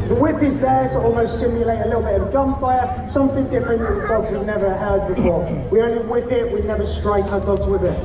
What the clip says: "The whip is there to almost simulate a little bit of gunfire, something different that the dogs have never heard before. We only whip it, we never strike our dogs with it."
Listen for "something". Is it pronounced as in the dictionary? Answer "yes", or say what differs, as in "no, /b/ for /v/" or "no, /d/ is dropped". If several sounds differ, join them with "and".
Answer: yes